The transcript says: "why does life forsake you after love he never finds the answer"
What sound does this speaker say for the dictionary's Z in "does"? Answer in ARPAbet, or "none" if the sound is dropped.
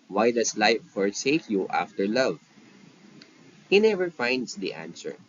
S